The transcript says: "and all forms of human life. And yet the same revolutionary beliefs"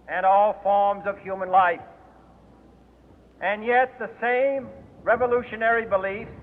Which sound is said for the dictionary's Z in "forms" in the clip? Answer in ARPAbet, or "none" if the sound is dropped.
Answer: Z